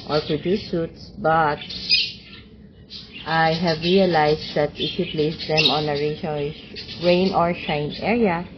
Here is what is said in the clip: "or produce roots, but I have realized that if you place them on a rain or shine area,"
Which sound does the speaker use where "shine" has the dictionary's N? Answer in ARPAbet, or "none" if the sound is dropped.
N